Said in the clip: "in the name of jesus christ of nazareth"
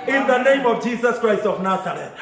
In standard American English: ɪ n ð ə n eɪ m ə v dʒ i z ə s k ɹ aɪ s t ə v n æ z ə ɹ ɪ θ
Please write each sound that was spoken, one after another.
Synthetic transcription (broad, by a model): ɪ n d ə n eɪ m ə v dʒ i s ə s k ɹ aɪ s t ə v n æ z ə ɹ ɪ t